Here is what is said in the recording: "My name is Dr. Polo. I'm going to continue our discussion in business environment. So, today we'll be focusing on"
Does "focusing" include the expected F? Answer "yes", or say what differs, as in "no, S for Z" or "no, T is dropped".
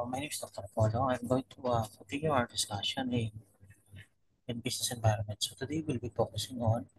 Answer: no, P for F